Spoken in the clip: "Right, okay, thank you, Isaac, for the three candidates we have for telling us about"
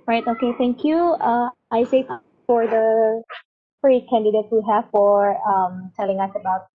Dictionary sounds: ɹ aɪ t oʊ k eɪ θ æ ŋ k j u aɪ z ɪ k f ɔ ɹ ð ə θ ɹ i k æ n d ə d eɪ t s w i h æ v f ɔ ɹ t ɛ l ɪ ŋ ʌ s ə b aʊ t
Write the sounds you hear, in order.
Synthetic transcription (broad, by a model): ɹ aɪ t oʊ k eɪ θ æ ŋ k j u aɪ s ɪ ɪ f ɔ ɹ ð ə f ɹ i k æ n d ə d eɪ t s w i h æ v f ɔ ɹ t ɛ l ɪ ŋ ʌ s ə b aʊ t